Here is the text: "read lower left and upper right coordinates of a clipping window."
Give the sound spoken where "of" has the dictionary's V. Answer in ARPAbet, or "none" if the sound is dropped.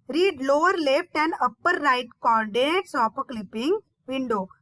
P